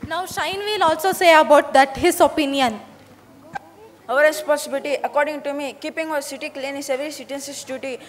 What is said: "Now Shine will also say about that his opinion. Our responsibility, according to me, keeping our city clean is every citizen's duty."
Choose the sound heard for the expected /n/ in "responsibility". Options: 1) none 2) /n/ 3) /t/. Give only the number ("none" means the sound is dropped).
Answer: 1